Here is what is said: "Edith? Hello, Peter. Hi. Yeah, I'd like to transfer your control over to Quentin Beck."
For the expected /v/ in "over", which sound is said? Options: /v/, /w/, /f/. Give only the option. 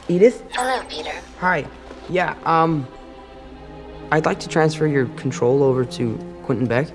/v/